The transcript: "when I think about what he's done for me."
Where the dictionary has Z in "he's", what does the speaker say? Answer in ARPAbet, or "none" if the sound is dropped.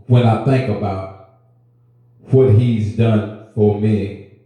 Z